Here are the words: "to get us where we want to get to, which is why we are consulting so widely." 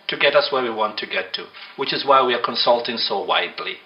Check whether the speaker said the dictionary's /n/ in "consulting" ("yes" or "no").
yes